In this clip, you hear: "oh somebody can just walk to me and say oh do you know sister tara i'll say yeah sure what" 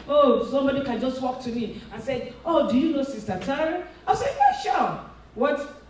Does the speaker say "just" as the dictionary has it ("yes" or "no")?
yes